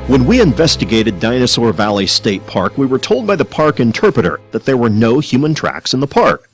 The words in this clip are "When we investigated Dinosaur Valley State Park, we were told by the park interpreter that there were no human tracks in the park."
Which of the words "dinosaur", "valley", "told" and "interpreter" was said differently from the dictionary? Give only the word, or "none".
none